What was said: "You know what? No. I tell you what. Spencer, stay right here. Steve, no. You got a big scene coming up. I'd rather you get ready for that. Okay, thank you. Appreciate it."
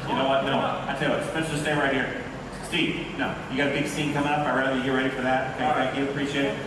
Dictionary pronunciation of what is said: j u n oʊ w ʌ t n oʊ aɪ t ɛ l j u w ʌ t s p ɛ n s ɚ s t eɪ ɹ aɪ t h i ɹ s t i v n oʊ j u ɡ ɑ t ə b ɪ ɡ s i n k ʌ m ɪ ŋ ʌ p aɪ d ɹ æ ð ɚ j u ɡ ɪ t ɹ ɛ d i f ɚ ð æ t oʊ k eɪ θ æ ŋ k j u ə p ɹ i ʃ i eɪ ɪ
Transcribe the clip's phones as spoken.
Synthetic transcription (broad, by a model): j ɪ n oʊ w ʌ t n oʊ aɪ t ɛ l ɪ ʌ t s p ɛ s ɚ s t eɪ ɹ aɪ t h i ɹ s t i n oʊ j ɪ ɡ ɑ t ə b ɪ ɡ s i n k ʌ m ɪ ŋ ʌ p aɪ ɹ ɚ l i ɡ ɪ ɹ ɛ d i f ɚ ð æ t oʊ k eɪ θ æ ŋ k j u ə p ɹ i ʃ i eɪ ɪ